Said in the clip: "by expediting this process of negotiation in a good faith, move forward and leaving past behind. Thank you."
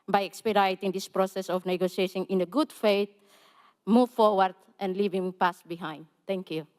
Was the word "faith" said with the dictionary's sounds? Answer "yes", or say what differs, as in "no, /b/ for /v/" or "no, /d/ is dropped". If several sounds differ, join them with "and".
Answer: no, /t/ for /θ/